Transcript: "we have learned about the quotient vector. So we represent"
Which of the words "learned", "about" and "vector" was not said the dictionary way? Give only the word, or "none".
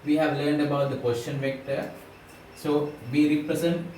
none